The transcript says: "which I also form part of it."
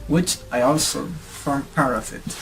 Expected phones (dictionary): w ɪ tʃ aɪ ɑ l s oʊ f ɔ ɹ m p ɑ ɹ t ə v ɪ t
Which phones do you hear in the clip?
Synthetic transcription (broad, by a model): w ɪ tʃ aɪ ɑ l s oʊ f ɔ ɹ m p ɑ ɹ ə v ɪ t